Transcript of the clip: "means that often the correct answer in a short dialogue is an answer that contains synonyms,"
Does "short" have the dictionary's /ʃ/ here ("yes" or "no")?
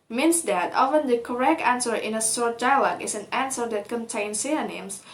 no